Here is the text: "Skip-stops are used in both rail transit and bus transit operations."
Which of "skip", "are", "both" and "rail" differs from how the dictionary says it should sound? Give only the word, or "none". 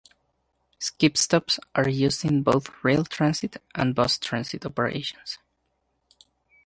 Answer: none